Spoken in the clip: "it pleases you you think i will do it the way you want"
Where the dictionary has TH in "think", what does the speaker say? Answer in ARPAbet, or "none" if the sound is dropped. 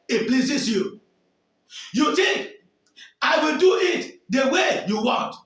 T